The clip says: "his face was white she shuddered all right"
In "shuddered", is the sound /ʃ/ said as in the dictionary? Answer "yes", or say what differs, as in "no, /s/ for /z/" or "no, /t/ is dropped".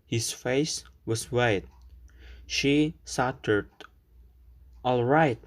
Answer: no, /s/ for /ʃ/